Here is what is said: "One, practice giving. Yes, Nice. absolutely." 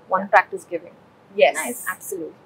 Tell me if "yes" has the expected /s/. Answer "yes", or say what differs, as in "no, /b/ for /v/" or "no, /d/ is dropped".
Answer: no, /s/ is dropped